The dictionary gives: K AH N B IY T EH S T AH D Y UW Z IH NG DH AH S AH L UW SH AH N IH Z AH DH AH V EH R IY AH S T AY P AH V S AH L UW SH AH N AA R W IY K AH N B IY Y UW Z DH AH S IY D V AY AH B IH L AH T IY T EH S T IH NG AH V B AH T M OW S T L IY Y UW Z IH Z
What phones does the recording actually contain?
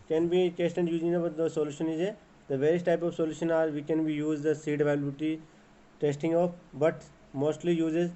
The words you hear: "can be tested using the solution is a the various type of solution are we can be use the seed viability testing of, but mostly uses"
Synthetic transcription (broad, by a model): K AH N B IY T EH S T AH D Y UW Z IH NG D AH S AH L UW SH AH N IH Z AH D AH V EH R IY AH S T AY P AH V S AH L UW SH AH N AA R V IY K AH N B IY Y UW Z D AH S IY D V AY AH IH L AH T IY T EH S T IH NG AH F B AH T M OW S T L IY Y UW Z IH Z